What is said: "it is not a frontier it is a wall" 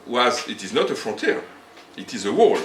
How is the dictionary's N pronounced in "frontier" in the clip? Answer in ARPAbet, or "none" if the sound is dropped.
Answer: none